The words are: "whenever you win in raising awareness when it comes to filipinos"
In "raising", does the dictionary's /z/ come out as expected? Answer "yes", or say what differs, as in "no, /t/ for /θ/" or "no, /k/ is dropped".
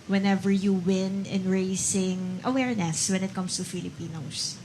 no, /s/ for /z/